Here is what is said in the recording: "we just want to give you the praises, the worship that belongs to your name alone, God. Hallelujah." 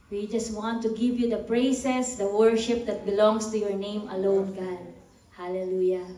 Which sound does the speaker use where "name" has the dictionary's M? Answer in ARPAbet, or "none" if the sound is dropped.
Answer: M